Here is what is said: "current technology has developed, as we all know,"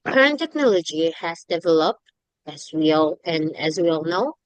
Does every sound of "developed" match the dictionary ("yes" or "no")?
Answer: yes